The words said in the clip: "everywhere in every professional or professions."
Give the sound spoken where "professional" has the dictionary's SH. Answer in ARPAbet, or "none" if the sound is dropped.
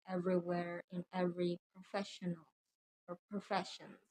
SH